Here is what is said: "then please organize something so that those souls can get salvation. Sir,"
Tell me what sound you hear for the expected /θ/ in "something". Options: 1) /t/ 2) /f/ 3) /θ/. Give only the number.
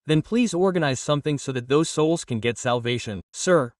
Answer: 3